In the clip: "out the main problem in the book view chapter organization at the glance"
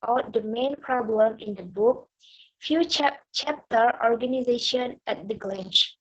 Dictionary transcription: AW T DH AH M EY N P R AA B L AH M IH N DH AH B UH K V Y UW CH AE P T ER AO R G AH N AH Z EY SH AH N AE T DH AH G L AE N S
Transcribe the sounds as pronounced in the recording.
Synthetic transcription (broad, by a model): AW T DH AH M EY N P R AA B L AH M IH N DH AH B UH K F Y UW CH AE P T ER AO R G AH N AH Z EY SH AH N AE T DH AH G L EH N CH